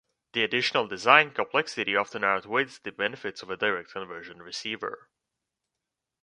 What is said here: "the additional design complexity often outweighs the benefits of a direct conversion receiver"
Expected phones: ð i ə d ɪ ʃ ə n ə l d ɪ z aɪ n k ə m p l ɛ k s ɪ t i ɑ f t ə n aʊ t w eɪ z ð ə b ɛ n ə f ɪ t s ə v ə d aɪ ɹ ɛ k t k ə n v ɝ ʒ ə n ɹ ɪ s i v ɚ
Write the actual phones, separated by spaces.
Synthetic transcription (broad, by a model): ð i ə d ɪ ʃ ə n ə l d ɪ z aɪ n k ə m p l ɛ k s ɪ t i ɑ f t ə n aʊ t w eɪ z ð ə b ɛ n ə f ɪ t s ə v ə d aɪ ɹ ɛ k t k ə n v ɝ ʒ ə n ɹ ɪ s i v ɚ